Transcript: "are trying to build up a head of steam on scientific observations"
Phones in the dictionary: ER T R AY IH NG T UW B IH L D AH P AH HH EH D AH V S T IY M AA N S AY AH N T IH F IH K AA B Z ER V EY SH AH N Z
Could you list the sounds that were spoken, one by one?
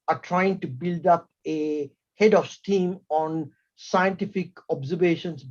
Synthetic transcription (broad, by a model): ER T R AY IH NG T UW B IH L D AH P AH HH EH D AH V S T IY M AA N S AY AH N T IH F IH K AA B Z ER V EY SH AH N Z